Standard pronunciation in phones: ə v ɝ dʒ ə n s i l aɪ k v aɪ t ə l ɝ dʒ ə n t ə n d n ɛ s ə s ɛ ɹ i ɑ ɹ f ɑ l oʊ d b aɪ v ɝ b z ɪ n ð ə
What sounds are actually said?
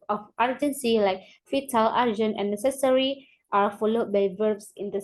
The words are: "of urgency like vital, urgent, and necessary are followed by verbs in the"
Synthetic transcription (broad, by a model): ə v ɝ dʒ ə n s i l aɪ k f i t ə l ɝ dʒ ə n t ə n n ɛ s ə s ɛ ɹ i ɑ ɹ f ɑ l oʊ d b aɪ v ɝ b s ɪ n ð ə